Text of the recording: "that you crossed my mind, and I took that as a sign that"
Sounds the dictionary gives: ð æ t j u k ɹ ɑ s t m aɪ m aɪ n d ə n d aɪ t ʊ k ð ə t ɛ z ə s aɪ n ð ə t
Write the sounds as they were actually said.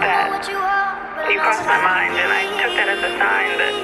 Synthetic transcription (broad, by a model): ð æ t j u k ɑ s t m aɪ m aɪ n d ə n aɪ t ʊ k ð ə t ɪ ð ə s aɪ n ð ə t